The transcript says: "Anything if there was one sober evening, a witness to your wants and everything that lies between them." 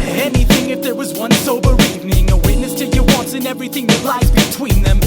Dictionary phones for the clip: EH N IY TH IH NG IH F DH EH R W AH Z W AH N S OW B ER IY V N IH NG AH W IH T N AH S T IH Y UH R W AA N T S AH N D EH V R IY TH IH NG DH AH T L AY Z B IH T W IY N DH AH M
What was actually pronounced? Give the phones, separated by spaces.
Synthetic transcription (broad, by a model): EH N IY TH IH NG IH F DH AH R W AH Z W AH N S OW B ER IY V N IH NG AH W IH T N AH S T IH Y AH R W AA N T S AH N EH V R IY TH IH NG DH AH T L AY Z B IH T W IY N DH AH M